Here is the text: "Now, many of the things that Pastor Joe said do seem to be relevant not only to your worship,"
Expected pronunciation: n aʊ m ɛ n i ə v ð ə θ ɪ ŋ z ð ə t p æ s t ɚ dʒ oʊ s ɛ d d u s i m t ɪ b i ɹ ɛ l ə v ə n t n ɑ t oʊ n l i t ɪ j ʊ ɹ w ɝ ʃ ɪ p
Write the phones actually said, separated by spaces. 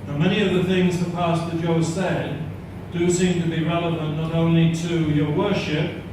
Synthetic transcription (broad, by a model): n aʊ m ɛ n i ə v ð ə θ ɪ ŋ z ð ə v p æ s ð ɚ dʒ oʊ s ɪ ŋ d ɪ s i m t ɪ b i ɹ ɛ l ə v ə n n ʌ t oʊ n l i t ɪ j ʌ ɹ w ɝ ʃ ɪ p